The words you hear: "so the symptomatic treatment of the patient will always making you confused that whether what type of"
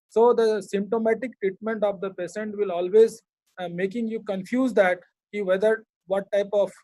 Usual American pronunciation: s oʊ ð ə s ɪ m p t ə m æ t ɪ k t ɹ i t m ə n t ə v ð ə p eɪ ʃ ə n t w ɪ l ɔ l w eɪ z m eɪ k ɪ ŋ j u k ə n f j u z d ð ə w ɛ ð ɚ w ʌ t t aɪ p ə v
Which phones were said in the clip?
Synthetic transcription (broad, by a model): s oʊ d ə s ɪ m p t ə m æ t ɪ k t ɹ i t m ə n t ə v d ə p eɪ s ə n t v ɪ l ɔ l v eɪ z m eɪ k ɪ ŋ j u k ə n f j u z d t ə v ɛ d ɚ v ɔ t t aɪ p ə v